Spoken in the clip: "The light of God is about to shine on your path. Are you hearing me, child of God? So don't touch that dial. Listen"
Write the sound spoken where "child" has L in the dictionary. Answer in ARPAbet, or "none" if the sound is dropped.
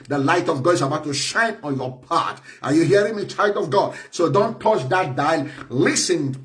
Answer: L